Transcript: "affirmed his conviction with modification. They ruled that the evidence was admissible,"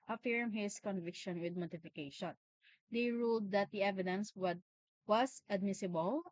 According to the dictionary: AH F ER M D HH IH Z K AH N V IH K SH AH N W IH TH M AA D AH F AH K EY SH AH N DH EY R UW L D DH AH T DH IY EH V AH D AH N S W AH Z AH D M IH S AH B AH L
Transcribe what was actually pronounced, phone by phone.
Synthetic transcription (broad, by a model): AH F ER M HH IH S K AH N V IH K SH AH N W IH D M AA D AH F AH K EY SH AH N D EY R UW L D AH T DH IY EH V AH D AH N S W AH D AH D M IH S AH B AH L